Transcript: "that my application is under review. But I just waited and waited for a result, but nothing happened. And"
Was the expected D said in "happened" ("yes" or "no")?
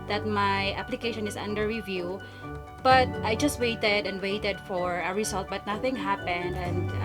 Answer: yes